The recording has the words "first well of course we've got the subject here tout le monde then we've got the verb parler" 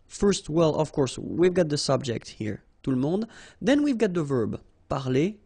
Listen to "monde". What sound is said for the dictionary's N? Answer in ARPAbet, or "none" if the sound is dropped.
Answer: none